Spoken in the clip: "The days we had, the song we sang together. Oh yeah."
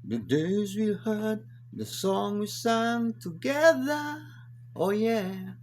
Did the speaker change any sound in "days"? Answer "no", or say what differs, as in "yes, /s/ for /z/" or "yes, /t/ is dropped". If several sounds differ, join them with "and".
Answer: no